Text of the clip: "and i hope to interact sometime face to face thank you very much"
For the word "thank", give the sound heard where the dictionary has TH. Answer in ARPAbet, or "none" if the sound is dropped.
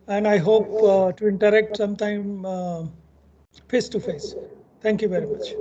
T